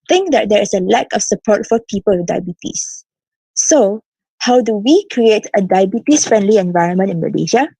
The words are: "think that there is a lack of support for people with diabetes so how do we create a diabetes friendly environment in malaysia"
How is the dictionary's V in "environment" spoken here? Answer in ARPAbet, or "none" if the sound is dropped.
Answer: V